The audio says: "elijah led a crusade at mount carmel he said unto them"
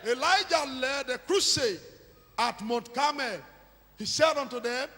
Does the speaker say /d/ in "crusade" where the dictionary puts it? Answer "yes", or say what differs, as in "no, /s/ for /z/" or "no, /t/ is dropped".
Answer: no, /d/ is dropped